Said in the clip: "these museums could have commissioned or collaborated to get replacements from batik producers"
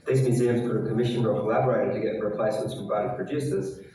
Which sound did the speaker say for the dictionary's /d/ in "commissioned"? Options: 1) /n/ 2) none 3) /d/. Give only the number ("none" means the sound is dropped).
2